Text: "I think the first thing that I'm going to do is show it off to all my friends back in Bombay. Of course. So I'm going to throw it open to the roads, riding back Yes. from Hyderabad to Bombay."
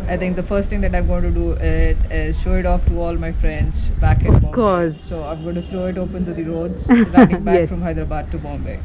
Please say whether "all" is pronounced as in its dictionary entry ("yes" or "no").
yes